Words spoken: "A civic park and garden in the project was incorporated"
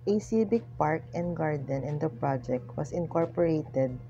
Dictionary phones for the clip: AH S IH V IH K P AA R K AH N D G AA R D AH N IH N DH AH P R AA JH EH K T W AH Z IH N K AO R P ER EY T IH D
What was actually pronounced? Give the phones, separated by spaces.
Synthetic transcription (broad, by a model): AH S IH B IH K P AA R K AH N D G AA R D AH N IH N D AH P R AA JH EH K T W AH S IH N K AO R P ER EY T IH D